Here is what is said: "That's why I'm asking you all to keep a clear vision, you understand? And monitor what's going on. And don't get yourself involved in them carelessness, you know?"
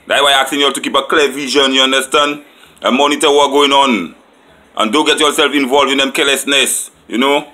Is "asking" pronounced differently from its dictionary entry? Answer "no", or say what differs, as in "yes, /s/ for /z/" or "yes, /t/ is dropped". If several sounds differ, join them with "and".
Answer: yes, /k/ is dropped